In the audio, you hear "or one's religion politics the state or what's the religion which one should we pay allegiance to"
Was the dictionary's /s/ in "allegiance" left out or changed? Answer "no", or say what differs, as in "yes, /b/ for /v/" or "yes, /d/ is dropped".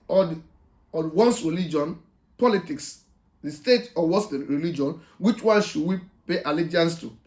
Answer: no